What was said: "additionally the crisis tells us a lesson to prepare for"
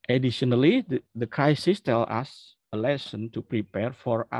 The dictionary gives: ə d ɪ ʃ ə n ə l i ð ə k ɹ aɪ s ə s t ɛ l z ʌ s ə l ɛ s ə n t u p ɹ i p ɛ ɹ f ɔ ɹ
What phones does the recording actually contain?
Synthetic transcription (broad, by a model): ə d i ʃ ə n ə l i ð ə k ɹ aɪ s ə s t ɛ l ʌ s ə l ɛ s ə n t u p ɹ i p ɛ ɹ f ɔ ɹ